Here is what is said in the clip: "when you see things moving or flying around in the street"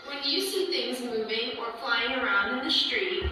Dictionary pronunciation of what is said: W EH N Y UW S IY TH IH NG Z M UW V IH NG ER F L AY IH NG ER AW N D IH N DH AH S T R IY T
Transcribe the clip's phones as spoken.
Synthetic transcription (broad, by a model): W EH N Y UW S IY TH IH NG Z M UW V IH NG ER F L AY IH NG ER AW N D IH N DH AH S T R IY T